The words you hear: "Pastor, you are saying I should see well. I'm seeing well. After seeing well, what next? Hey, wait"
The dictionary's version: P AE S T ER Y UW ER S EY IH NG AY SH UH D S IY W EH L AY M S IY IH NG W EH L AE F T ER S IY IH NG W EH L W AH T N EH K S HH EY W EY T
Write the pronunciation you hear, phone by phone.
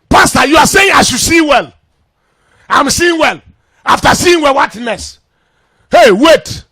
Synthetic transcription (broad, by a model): P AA S T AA Y UW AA S EY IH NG AY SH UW S IY W EH L AY M S IY IH NG W EH L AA F T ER S IY IH NG W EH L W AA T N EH S HH EY W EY T